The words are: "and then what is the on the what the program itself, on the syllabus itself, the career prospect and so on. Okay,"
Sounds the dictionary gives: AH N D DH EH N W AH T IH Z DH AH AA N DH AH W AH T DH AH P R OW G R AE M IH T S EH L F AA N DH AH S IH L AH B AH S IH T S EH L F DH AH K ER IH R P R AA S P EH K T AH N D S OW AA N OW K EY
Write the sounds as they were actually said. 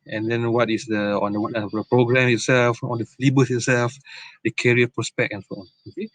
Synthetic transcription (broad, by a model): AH N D EH N W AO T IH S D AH AA N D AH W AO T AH P R OW G R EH M IH T S EH L F AA N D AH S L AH B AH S IH T S EH L F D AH K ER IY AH P R AA S P EH K T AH N S OW AA N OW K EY